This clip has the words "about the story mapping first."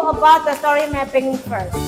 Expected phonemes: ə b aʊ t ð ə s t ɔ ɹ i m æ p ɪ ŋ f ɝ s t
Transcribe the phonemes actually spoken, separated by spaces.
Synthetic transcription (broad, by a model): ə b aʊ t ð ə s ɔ ɹ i m æ p ɪ ŋ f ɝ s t